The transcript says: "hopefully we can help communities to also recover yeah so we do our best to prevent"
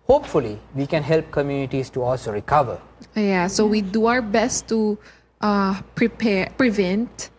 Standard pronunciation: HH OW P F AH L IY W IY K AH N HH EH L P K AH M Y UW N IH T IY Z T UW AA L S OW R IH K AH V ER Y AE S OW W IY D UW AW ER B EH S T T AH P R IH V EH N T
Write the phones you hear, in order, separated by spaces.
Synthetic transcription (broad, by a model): HH OW P F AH L IY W IY K AH N HH EH L P K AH M Y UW N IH T IY S T UW AA L S OW R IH K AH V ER Y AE S OW W IY D UW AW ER B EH S T T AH P R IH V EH N T